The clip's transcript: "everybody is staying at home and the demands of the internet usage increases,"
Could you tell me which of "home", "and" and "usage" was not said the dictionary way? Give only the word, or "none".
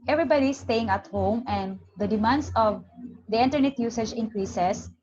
none